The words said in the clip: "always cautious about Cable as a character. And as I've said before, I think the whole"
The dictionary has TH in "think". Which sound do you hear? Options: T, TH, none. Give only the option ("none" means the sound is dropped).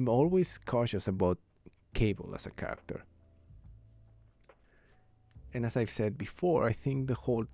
TH